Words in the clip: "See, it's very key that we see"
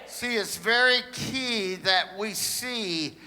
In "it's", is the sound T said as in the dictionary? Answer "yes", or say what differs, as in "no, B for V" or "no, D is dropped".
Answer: yes